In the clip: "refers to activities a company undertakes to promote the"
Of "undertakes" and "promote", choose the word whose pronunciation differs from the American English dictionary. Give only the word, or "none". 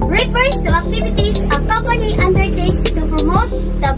undertakes